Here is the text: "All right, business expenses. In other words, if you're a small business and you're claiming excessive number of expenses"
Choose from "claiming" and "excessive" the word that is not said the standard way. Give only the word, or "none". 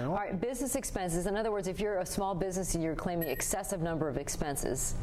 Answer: none